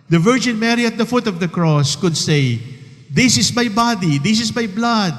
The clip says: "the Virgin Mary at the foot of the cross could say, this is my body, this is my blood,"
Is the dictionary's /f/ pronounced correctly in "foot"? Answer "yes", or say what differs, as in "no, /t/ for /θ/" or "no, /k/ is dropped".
yes